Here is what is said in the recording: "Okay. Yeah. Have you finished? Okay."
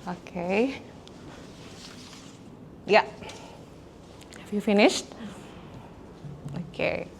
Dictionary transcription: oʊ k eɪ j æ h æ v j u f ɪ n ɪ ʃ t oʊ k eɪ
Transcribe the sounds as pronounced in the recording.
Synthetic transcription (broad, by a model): oʊ k eɪ j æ h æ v j u f ɪ n ɪ ʃ t oʊ k eɪ